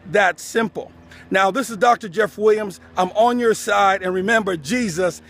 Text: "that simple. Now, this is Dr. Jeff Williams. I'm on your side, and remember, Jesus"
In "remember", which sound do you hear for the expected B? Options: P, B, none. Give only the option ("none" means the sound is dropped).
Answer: B